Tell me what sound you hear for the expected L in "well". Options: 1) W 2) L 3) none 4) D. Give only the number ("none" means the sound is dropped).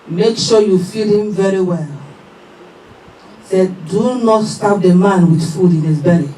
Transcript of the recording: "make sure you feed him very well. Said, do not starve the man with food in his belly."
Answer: 2